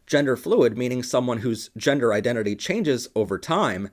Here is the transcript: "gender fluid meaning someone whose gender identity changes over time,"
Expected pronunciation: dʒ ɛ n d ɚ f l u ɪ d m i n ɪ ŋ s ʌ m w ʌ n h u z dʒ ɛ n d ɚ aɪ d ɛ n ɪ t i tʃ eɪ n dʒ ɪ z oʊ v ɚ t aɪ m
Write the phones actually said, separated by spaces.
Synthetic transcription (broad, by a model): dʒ ɛ n d ɚ f l u ɪ d m i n ɪ ŋ s ʌ m w ʌ n h u z dʒ ɛ n d ɚ aɪ d ɛ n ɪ t i tʃ eɪ n dʒ ɪ z oʊ v ɚ t aɪ m